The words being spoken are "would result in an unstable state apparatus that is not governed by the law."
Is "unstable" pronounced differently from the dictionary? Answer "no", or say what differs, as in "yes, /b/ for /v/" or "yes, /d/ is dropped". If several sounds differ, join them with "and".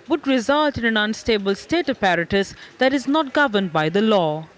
no